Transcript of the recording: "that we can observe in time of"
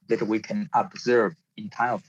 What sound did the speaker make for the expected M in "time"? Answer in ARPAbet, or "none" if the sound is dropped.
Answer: none